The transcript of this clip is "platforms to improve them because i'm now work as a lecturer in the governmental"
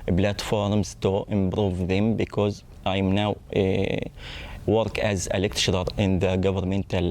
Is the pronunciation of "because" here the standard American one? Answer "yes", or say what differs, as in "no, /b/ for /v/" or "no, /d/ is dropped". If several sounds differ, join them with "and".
yes